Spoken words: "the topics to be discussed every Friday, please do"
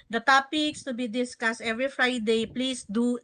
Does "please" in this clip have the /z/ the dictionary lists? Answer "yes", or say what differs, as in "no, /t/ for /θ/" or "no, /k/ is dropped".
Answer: no, /s/ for /z/